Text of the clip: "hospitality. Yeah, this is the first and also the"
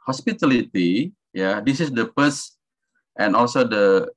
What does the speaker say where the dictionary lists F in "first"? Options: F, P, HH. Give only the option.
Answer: P